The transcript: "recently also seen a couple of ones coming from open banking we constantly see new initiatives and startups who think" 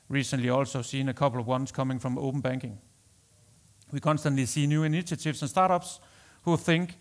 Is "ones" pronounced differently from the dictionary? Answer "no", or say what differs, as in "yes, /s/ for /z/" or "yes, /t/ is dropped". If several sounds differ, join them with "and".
yes, /s/ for /z/